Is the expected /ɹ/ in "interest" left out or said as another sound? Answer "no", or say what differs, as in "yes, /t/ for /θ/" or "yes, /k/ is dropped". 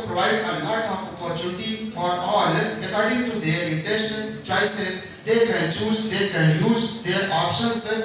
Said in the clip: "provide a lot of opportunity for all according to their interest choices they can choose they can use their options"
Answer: yes, /ɹ/ is dropped